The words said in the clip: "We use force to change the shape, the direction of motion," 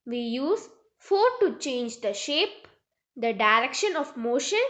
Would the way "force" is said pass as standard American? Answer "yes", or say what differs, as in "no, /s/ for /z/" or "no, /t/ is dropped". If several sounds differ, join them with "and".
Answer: no, /s/ is dropped